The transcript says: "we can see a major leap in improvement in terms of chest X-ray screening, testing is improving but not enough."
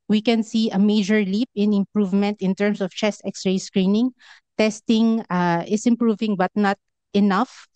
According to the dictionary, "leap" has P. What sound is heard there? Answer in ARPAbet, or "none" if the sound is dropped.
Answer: P